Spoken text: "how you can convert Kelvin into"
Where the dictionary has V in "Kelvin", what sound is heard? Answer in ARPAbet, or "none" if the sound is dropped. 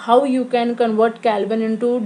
B